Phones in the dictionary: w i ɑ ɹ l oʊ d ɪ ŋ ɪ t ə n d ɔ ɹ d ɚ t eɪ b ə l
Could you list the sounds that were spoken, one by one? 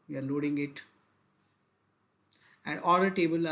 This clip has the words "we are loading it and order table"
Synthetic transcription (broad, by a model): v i ɑ ɹ l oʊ d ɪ ŋ ɪ t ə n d ɔ l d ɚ t eɪ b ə l